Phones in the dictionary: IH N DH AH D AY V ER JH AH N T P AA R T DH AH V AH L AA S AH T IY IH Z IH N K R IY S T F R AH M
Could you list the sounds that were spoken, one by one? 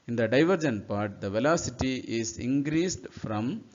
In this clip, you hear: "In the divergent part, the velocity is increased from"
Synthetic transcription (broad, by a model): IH N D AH D AY V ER JH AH N P AA R T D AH V AH L AA S AH T IY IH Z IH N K R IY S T F R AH M